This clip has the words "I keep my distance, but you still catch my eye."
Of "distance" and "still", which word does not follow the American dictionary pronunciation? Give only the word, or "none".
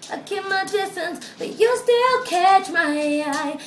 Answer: none